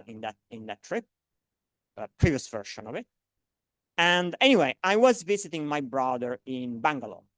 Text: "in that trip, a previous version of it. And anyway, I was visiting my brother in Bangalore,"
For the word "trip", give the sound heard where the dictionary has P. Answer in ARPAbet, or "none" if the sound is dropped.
P